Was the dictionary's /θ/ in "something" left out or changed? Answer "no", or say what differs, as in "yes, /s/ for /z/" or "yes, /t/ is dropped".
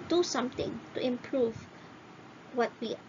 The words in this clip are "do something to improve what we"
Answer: yes, /t/ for /θ/